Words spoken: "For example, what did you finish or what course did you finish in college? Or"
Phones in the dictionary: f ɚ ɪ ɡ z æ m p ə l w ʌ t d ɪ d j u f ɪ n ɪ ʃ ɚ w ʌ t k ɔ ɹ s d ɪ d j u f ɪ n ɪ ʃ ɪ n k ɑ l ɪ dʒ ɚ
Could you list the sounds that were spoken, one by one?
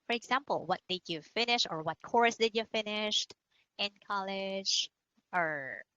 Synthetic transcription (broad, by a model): f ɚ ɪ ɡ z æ m p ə l w ʌ t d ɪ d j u f ɪ n ɪ ʃ ɚ w ʌ t k ɔ ɹ s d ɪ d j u f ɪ n ɪ ʃ ɪ n k ɑ l ɪ dʒ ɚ